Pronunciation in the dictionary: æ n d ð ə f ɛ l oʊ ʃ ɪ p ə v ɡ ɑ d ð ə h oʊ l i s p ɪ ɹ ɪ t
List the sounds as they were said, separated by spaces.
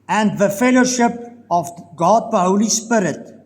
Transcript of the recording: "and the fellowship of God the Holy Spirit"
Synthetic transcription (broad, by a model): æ n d ð ə f ɛ l oʊ ʃ ɪ p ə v ɡ ɑ d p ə h oʊ l i s p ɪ ɹ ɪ t